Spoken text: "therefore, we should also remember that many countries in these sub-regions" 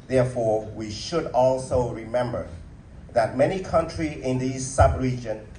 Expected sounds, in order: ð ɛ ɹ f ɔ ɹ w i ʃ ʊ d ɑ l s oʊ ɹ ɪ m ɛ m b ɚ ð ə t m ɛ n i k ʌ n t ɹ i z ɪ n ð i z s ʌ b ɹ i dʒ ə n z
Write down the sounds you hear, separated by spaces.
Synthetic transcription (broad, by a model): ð ɛ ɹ f ɔ ɹ w i ʃ ʊ d ɑ l s oʊ ɹ ɪ m ɛ m b ɚ ð ə t m ɛ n i k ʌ n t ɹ i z ɪ n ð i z s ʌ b ɹ i dʒ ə n